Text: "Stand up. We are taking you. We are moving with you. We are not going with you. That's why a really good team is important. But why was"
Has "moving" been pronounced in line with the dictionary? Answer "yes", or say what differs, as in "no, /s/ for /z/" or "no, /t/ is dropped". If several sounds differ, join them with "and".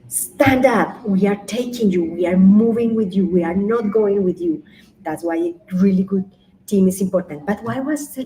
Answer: yes